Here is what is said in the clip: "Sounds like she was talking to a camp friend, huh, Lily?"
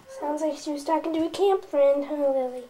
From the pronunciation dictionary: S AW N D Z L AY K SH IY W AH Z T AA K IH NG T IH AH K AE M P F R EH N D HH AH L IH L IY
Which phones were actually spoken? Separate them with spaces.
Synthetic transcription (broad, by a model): S AW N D Z L AY K SH IY W AH Z T AA K IH NG T IH AH K AE M P F R EH N D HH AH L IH L IY